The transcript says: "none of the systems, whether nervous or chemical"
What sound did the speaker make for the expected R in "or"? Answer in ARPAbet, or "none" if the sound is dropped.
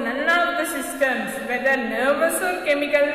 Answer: L